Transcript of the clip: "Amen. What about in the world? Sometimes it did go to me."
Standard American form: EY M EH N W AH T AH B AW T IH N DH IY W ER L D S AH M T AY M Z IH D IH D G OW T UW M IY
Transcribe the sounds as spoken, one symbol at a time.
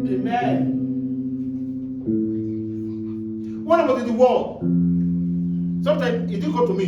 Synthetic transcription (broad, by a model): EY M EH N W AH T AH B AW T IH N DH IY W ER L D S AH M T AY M IH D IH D G OW T UW M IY